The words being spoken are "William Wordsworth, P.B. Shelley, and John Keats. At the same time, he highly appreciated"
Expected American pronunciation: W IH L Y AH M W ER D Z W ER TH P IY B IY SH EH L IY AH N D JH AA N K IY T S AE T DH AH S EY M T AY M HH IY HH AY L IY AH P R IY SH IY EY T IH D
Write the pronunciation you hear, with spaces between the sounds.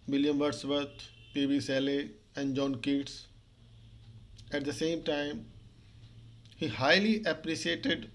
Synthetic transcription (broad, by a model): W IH L Y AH M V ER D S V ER T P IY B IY S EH L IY AH N D JH AA N K IY T S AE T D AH S EY M T AY M HH IY HH AY L IY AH P R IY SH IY EY T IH D